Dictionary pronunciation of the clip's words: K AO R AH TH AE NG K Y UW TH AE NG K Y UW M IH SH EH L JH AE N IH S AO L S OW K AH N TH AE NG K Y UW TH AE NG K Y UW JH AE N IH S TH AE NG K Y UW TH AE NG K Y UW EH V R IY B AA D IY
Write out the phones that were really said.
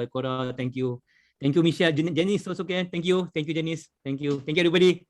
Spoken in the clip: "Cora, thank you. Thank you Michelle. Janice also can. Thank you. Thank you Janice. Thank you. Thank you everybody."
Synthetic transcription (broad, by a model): K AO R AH T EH NG K Y UW T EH NG K Y UW M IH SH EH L JH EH N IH S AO S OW K AH N T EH NG K Y UW T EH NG K Y UW JH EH N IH S T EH NG K Y UW T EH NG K Y UW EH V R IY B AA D IY